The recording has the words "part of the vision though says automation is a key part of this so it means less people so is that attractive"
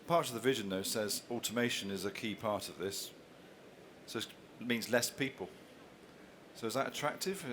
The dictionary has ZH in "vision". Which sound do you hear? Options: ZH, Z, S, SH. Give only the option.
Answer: ZH